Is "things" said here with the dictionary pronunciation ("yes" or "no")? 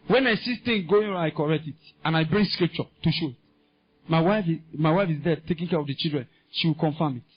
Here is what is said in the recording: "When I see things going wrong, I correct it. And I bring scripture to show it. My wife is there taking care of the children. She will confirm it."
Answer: no